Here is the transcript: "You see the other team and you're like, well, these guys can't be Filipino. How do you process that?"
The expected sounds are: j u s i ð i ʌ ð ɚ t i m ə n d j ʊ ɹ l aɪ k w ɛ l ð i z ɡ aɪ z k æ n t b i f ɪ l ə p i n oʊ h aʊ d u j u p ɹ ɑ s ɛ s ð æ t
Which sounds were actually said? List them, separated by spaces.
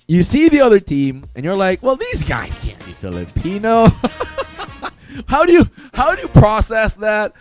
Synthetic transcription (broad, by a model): j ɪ s i ð i ʌ ð ɚ t i m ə n j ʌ ɹ l aɪ k w ɛ l ð i z ɡ aɪ z k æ n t b i f ɪ l ə p i n oʊ h aʊ d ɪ j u p ɹ ɑ s ɛ s ð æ t